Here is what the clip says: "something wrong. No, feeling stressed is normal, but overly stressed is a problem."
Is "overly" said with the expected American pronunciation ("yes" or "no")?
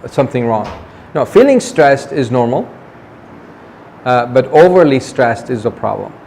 yes